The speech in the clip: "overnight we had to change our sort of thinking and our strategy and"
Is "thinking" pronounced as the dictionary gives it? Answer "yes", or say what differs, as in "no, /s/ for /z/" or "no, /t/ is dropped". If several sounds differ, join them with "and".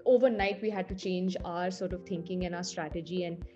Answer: no, /t/ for /θ/